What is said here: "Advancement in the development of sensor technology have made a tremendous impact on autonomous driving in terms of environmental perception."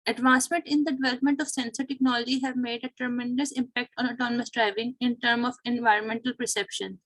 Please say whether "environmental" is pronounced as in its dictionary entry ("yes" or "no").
yes